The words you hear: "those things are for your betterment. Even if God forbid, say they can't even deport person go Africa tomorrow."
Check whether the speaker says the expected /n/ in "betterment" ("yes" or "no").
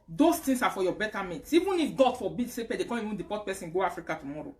no